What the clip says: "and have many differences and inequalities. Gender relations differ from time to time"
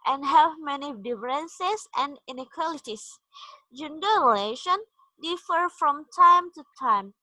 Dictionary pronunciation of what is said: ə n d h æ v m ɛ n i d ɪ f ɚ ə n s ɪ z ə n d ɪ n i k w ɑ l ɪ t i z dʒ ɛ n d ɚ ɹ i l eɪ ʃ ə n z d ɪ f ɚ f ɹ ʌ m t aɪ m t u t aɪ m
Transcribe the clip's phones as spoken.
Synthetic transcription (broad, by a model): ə n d h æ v m ɛ n i d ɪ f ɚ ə n s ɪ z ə n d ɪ n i k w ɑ l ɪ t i s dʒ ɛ n d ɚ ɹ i l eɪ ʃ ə n d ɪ f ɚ f ɹ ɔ m t aɪ m t u t aɪ m